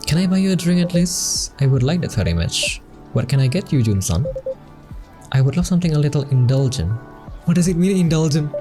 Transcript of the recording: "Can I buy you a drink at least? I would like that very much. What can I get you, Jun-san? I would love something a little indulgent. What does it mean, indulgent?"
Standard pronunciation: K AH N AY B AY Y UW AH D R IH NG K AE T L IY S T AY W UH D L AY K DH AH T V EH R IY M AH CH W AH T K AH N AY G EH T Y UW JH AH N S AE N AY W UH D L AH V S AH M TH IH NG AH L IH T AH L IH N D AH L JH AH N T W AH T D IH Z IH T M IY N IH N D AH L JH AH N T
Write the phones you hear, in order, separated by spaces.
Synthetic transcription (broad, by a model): K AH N AY B AY Y UW AH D R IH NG AE T L IY S T AY W UH D L AY K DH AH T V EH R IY M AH CH W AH T K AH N AY G EH T Y UW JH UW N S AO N AY W UH D L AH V S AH M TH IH NG AH L IH T AH L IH N D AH L JH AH N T W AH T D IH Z IH T M IY N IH N D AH L JH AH N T